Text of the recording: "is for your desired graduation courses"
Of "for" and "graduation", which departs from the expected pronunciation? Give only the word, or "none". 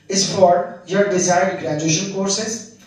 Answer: none